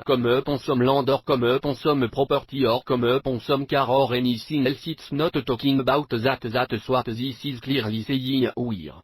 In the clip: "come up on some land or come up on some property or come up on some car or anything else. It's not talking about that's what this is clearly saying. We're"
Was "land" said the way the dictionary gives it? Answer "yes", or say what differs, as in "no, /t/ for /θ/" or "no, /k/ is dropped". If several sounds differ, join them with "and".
no, /n/ is dropped